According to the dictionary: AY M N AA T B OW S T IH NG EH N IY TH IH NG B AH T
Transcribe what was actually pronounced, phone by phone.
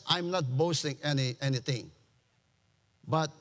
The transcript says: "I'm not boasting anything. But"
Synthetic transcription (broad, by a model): AY M N AA T B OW S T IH NG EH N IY T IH NG B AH T